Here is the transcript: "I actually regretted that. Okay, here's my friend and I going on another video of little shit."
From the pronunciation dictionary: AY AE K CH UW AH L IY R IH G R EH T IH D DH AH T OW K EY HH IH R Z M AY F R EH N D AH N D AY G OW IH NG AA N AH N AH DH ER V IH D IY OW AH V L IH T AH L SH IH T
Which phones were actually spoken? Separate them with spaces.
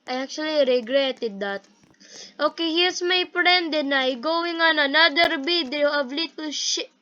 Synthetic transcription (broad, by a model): AY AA K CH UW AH L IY R IH G R EH T IH D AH T OW K EY HH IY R S M AY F R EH N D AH N AY G OW IH NG AA N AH N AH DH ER B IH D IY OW AH V L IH T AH L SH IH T